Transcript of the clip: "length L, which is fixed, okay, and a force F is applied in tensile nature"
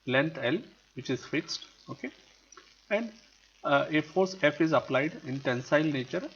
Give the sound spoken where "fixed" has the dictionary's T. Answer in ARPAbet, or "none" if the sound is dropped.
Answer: T